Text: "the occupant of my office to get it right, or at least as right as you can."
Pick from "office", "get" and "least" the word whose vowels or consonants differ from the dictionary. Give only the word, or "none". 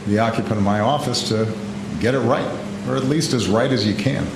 none